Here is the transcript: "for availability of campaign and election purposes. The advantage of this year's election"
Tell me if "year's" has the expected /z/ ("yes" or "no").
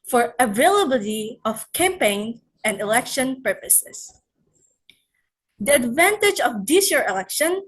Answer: no